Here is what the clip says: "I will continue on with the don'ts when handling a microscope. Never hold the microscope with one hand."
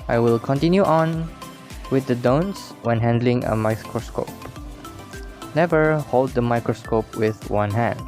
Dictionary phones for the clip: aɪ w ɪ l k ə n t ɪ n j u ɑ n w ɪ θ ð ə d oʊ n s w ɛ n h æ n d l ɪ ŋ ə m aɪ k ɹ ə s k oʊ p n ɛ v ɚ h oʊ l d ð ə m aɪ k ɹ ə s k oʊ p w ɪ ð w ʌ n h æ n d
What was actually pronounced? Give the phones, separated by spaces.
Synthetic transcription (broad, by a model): aɪ w ɪ l k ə n t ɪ n j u ɑ n w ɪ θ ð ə d oʊ n s w ɛ n h æ n d l ɪ ŋ ə m aɪ k ɹ ə s k oʊ p n ɛ v ɚ h oʊ l d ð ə m aɪ k ɹ ə s k oʊ p w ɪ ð w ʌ n h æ n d